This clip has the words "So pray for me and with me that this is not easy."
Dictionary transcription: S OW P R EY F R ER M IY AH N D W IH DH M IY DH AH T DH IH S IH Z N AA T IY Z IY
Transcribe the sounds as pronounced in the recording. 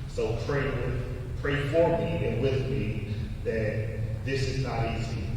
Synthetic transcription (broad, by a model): S OW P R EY P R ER M IY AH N W IH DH M IY DH AH T DH IH S IH Z N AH T IY Z IY